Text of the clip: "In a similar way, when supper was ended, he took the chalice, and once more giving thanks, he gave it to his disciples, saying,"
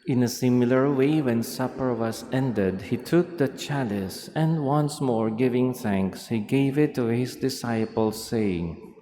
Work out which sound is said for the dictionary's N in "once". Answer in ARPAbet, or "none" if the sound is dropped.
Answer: N